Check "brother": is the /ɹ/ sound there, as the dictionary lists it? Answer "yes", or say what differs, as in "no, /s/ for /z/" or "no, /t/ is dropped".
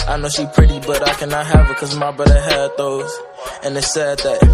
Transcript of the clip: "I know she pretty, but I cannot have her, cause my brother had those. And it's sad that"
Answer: no, /ɹ/ is dropped